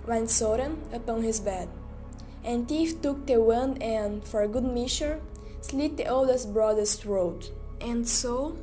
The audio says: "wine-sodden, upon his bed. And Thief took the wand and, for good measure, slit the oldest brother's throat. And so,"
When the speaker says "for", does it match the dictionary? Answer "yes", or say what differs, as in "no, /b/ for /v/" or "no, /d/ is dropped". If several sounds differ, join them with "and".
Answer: yes